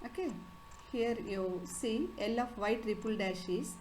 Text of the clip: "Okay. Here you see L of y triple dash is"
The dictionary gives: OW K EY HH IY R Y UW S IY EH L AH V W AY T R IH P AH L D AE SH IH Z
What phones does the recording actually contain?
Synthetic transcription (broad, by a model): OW K EY HH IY R Y UW S IY EH L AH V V AY T R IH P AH L D AE SH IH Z